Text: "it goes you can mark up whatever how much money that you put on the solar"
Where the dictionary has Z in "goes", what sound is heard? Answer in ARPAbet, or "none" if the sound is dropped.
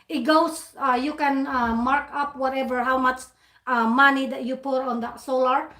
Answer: S